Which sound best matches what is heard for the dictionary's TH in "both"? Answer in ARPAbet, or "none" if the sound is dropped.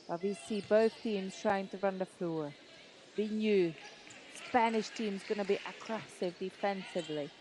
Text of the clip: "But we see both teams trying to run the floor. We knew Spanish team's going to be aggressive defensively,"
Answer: TH